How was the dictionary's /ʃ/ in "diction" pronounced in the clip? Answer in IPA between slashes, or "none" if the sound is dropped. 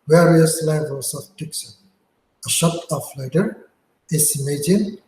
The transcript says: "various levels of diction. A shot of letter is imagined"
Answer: /s/